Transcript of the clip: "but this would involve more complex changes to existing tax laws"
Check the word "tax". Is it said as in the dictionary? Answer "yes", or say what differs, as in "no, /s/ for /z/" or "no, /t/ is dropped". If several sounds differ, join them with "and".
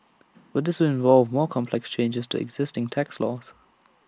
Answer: yes